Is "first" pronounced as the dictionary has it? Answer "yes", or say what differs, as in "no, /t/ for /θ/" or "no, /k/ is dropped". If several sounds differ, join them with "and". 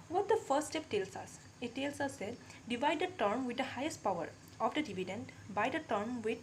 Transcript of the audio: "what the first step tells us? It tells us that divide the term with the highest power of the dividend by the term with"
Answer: no, /s/ is dropped